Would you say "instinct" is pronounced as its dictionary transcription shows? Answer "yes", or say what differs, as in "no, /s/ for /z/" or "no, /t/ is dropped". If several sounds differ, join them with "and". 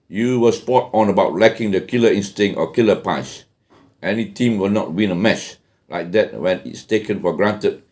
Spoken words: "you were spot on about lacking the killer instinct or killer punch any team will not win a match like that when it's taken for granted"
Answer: no, /k/ is dropped